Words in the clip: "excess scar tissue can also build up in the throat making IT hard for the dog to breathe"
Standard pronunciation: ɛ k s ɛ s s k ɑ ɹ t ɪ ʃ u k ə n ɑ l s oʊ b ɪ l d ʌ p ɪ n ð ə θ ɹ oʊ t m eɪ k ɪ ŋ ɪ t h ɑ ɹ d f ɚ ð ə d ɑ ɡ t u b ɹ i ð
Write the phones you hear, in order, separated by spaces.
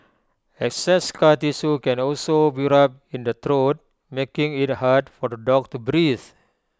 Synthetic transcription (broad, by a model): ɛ k s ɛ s s k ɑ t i s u k ə n ɑ l s oʊ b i d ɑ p ɪ n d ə t ɹ oʊ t m eɪ k ɪ ŋ ɪ t h ɑ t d f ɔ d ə d ɑ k t u b ɹ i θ